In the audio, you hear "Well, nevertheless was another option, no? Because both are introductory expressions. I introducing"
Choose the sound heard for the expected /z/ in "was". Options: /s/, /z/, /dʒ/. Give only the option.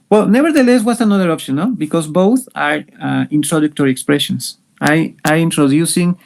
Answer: /s/